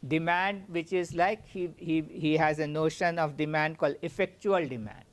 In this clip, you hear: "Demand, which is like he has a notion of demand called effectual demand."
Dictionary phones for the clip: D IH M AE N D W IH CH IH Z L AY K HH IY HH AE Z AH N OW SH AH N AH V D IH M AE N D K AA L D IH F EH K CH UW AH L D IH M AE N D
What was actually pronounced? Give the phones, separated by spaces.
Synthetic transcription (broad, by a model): D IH M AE N D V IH CH IH Z L AY K HH IY HH AE Z AH N OW SH AH N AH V D IH M AE N D K AA L D IH F EH K CH UW AH L D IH M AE N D